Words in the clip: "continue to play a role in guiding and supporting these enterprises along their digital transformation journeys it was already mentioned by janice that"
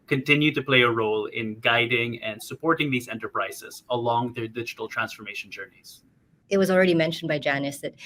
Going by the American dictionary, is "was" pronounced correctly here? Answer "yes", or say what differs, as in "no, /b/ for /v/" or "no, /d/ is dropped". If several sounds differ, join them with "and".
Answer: yes